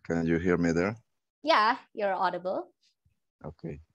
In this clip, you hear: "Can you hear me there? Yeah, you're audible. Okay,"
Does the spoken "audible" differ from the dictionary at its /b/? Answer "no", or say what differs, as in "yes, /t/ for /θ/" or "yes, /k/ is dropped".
no